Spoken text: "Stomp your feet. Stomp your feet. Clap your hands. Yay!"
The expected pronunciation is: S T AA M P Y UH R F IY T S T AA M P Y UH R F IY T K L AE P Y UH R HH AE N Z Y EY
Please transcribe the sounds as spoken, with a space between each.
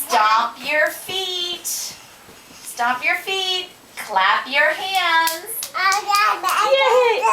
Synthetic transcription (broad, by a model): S T AA P Y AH R F IY T S T AA P Y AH R F IY T K L AE P Y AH R HH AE N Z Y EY